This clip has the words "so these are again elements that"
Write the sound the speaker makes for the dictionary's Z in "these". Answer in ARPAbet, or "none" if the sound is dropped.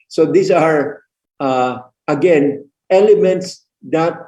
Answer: S